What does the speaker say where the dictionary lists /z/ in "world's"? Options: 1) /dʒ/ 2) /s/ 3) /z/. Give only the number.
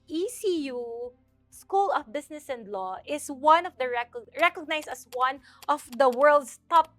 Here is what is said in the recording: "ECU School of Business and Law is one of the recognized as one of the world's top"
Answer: 2